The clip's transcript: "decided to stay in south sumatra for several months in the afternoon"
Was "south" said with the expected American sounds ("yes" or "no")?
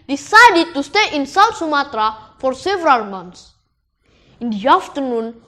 no